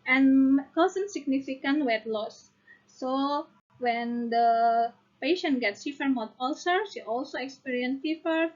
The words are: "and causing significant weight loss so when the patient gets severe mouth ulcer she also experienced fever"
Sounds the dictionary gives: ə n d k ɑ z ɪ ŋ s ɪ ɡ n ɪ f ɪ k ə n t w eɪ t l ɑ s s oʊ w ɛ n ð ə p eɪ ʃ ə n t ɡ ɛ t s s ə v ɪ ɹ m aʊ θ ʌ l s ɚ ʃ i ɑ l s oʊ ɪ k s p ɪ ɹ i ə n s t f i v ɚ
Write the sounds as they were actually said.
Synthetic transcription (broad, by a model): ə n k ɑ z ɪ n s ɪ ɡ n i f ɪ k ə n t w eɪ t l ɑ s s oʊ w ɛ n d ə p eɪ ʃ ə n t ɡ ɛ t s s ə f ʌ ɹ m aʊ t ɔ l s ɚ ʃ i ɑ l s oʊ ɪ k s p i ɹ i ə n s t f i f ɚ